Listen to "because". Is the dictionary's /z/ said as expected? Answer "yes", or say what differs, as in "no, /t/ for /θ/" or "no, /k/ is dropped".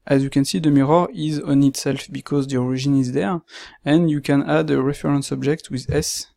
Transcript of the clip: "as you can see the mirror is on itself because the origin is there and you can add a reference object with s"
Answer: yes